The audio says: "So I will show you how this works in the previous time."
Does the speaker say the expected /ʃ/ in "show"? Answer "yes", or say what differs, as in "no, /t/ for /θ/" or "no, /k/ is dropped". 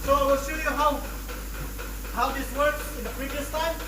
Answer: no, /s/ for /ʃ/